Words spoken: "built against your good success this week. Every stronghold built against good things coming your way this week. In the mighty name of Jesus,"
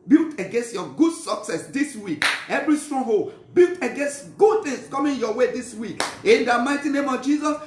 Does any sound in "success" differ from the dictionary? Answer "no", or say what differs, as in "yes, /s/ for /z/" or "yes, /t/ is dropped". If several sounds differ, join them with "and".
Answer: no